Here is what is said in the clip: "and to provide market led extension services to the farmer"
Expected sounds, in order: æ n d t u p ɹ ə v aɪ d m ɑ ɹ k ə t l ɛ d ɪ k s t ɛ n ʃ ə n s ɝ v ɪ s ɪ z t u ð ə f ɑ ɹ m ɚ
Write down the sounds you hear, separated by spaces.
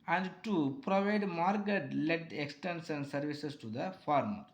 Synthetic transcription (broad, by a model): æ n d t u p ɹ ə v aɪ d m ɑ ɹ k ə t l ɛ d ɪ k s t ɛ n s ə n s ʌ v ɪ s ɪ s t u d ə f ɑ ɹ m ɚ